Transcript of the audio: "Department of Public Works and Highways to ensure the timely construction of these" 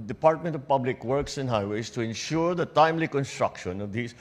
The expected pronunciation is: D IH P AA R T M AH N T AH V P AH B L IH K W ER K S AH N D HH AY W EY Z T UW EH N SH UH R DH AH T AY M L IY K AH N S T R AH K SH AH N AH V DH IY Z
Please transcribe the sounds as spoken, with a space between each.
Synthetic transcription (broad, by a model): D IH P AA R T M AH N T AH V P AH B L IH K W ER K S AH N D HH AY W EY S T UW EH N SH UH R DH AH T AY M L IY K AH N S T R AH K SH AH N AH V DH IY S